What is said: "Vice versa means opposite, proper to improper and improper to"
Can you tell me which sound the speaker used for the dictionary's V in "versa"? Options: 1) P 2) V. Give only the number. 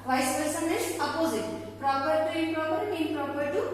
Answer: 1